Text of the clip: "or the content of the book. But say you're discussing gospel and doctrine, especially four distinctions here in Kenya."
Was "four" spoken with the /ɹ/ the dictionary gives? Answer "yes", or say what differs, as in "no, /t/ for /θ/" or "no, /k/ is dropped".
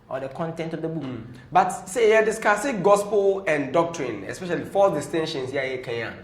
no, /l/ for /ɹ/